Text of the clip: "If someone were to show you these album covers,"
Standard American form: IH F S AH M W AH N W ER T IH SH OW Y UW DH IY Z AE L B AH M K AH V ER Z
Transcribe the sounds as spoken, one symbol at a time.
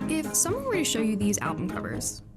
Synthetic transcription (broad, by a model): IH F S AH M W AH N W ER T IH SH OW Y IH DH IY Z AE L B AH M K AH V ER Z